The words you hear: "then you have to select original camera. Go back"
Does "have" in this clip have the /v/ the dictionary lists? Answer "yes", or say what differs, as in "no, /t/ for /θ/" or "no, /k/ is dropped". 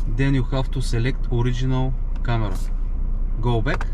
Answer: no, /f/ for /v/